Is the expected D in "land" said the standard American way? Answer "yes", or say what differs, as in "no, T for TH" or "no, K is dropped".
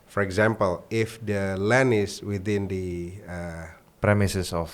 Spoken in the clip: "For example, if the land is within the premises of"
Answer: no, D is dropped